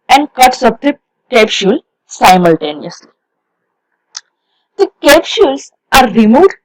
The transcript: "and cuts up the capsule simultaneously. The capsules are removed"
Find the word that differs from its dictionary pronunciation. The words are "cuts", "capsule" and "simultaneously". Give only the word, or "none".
capsule